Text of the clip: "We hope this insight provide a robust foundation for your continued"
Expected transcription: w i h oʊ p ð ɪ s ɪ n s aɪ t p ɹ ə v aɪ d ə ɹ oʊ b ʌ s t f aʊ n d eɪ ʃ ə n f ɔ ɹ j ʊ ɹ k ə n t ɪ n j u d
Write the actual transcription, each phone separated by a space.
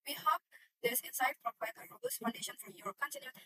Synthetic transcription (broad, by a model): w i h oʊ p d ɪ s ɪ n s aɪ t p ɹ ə p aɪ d ə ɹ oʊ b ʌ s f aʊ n d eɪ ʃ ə n f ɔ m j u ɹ k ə n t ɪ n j